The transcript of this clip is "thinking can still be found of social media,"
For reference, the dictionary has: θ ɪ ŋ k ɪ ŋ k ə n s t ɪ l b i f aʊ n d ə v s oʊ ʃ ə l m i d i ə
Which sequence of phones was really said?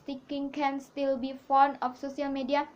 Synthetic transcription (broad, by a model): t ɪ k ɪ ŋ k ə n s t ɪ l b i f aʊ n ə f s oʊ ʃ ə l m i d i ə